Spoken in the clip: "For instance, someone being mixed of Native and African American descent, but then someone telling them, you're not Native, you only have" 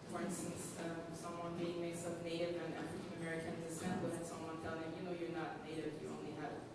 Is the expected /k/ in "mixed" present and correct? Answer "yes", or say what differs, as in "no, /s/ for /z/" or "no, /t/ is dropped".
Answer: no, /k/ is dropped